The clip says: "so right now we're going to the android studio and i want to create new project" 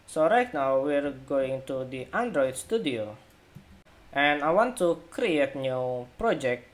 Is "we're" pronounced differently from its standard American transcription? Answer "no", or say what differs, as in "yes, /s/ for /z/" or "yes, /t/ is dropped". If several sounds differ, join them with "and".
no